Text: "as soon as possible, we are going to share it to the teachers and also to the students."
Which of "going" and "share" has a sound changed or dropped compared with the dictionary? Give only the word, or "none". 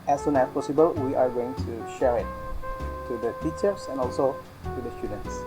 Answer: none